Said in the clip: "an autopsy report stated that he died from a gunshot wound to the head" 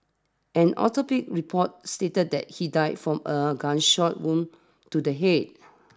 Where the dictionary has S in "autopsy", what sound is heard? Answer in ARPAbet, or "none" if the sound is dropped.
none